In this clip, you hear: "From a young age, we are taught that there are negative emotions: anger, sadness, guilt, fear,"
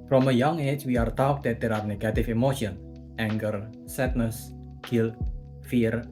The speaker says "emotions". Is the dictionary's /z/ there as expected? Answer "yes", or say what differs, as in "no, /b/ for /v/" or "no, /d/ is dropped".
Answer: no, /z/ is dropped